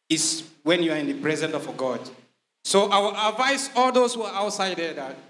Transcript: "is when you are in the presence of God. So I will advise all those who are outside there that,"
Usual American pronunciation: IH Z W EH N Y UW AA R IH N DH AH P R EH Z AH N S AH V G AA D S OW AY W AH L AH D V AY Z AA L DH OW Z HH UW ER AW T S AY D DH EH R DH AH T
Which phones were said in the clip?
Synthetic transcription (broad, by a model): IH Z W EH N Y UW AA R IH N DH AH P R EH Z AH N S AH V G AA D S OW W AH W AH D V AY S AA L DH OW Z HH UW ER AW T S AY D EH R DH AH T